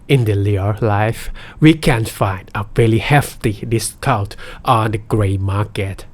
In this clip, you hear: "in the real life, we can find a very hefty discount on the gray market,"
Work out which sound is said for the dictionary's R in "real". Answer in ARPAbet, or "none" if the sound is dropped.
L